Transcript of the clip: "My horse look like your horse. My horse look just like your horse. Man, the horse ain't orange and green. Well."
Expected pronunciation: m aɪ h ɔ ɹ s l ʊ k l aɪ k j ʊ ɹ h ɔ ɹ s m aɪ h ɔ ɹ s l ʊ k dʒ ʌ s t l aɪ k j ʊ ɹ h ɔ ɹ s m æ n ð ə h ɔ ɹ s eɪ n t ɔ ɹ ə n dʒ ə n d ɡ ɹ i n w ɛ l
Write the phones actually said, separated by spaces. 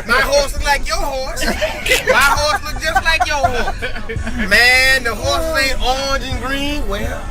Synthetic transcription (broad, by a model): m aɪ h ɔ ɹ s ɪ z l aɪ k j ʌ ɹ h ɔ ɹ s m aɪ h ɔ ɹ s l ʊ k dʒ ʌ s t l aɪ k j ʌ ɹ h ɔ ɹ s m æ n ð ə h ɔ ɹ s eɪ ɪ ə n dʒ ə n ɡ ɹ i n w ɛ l